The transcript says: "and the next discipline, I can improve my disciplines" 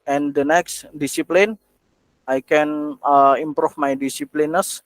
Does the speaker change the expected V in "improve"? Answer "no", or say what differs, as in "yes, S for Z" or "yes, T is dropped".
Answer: yes, F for V